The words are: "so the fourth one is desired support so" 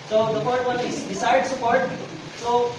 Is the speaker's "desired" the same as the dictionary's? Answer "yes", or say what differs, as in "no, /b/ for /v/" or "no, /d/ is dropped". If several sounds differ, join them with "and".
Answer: no, /s/ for /z/